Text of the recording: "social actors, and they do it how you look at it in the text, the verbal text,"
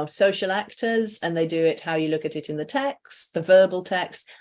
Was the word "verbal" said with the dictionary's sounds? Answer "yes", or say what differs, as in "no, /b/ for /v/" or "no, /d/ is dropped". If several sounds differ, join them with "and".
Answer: yes